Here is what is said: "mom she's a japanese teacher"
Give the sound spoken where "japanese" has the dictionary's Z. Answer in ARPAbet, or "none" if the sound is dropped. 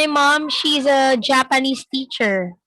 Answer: S